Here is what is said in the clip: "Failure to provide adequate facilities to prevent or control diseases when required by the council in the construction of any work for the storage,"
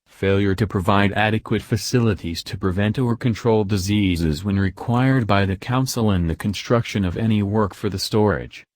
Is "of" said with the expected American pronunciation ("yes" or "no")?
yes